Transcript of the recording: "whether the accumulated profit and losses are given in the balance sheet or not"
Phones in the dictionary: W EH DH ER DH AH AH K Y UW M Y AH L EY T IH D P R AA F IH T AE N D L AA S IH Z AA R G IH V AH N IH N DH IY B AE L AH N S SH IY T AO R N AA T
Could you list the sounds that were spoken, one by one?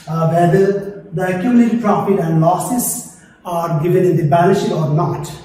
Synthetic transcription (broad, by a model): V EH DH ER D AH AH K Y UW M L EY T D P R AA F IH T AE N D L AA S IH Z AA R G IH V AH N IH N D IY B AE N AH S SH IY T AO R N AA T